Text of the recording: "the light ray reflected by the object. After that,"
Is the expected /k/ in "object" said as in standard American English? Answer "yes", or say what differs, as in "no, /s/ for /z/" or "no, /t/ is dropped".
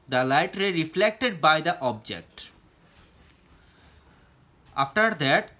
yes